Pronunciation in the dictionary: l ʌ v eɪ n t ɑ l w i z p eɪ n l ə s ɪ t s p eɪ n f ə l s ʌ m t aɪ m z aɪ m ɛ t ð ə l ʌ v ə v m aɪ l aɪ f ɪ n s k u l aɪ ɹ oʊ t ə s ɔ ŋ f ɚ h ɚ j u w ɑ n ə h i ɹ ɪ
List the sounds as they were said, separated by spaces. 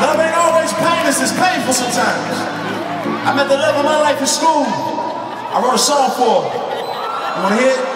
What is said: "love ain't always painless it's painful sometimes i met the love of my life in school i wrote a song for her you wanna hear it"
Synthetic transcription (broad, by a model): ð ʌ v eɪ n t ɑ l w i z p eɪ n ə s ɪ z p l eɪ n f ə l s ʌ m t aɪ m z aɪ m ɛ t ð ə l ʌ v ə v m aɪ l aɪ f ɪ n s k u l aɪ w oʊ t ə s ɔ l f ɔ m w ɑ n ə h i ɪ